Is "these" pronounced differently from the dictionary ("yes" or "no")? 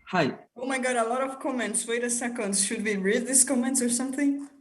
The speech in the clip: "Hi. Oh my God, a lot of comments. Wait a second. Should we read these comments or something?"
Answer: yes